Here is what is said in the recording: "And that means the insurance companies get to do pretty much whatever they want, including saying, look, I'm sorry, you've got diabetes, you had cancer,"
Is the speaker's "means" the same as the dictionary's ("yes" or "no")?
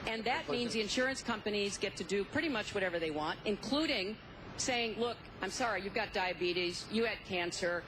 yes